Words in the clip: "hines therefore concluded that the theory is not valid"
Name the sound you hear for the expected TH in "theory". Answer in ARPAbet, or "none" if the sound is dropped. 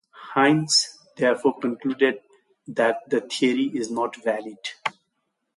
T